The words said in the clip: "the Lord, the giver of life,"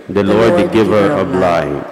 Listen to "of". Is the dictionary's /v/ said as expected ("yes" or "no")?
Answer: no